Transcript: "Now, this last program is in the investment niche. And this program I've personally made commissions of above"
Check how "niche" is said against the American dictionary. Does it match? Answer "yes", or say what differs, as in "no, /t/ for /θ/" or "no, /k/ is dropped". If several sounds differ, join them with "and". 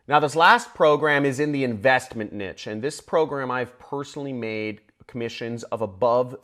yes